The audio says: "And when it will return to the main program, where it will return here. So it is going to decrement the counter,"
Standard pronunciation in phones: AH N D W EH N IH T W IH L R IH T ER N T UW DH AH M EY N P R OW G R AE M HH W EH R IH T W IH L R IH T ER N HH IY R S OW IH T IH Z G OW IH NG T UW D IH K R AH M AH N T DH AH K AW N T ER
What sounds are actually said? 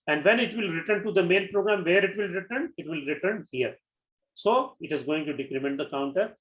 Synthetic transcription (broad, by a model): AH N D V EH N IH T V IH L R IH T ER N T UW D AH M EY L P R OW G R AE M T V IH R IH T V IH L R IH T ER N HH IY R S OW IH T IH Z G OW IH NG T UW D IH K R AH M AH N T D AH K AW N T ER